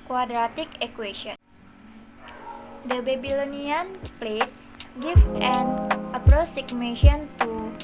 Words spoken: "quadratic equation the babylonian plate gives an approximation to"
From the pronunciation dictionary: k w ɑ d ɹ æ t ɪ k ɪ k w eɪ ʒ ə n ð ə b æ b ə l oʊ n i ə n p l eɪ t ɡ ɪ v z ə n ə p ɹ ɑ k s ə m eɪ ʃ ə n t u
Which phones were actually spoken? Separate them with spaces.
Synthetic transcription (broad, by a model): k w ɑ d ɹ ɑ t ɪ k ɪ k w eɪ ʃ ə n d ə b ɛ b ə l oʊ n i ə n p l eɪ t ɡ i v ə n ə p ɹ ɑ s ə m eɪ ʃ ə n t u